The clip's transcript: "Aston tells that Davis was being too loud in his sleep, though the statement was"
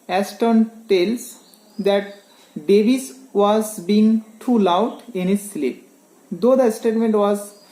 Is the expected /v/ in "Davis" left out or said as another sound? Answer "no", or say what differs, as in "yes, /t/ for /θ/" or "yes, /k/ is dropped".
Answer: yes, /b/ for /v/